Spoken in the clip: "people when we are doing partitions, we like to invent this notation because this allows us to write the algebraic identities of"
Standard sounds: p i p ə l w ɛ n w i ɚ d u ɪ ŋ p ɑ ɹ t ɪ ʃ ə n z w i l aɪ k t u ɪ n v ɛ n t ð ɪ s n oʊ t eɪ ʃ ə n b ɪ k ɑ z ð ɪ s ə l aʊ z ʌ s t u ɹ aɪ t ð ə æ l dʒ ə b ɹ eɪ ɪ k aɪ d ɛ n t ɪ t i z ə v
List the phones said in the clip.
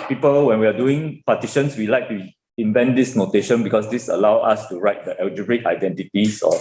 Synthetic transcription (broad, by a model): p i p ə l w ɛ n w i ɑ d u ɪ ŋ p ɑ t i ʃ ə n s w i l aɪ k t u ɪ n v ɛ n t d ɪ s n oʊ t eɪ ʃ ə n b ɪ k ɑ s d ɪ s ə l aʊ ɑ s t u ɹ aɪ t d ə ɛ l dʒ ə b ɹ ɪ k aɪ d ɛ n t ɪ t i s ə